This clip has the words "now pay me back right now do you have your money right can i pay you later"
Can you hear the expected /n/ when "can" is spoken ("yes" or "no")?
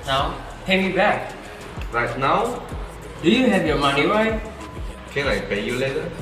no